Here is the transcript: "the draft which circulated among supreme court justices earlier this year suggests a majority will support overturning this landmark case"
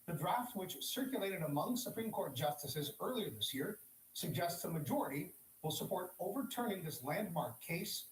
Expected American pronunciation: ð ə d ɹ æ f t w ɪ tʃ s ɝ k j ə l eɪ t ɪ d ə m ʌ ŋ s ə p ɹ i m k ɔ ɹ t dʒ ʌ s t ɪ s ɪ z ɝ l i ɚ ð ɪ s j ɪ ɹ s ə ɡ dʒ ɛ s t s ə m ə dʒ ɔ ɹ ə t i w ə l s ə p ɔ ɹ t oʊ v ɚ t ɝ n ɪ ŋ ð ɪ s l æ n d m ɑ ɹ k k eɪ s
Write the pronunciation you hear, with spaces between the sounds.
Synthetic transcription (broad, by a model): ð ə d ɹ æ f t w ɪ tʃ s ɝ k j ə l eɪ t ɪ d ə m ʌ ŋ s ə p ɹ i m k ɔ ɹ t dʒ ʌ s t ɪ s ɪ z ɝ l i ɚ ð ɪ s j ɪ ɹ s ə ɡ dʒ ɛ s t s ə m ə dʒ ɔ ɹ ə t i w ə l s ə p ɔ ɹ t oʊ v ɚ t ɝ n ɪ ŋ ð ɪ s l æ n d m ɑ ɹ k k eɪ s